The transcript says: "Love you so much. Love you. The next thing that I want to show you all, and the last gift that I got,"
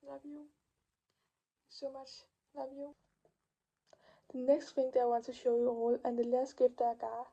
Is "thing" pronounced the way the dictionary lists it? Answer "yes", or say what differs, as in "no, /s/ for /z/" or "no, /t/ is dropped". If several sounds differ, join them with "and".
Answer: no, /f/ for /θ/